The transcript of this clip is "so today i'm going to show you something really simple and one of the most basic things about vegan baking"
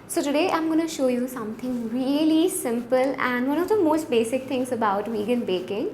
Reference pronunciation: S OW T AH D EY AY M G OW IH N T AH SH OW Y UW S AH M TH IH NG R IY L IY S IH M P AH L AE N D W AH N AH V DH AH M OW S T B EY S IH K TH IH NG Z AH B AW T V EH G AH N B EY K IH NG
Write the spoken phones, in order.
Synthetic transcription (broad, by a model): S OW T AH D EY AY M G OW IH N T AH SH OW Y UW S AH M T IH NG R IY L IY S IH M P AH L AE N D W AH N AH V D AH M OW S T B EY S IH K T IH NG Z AH B AW T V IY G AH N B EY K IH NG